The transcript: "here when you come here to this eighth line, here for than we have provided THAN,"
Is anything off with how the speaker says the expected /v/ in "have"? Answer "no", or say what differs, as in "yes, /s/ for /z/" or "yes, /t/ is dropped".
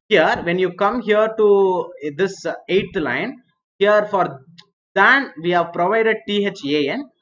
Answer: no